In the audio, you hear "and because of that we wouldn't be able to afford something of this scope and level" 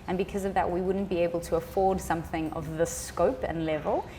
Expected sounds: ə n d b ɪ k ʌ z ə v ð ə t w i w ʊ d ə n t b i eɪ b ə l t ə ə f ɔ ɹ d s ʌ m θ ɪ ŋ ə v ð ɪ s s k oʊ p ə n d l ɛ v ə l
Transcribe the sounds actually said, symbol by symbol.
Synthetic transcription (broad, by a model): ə n b ɪ k ʌ z ə v ð ə t w i w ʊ d n b i eɪ b ə l t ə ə f ɔ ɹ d s ʌ m θ ɪ ŋ ə v ð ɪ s s k oʊ p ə n l ɛ v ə l